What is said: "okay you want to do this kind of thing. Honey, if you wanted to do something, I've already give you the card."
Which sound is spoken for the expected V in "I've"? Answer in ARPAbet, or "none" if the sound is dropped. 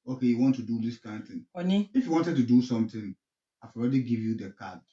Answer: F